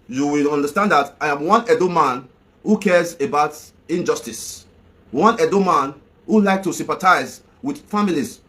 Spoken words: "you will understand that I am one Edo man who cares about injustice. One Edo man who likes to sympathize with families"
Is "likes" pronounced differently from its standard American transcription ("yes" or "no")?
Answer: yes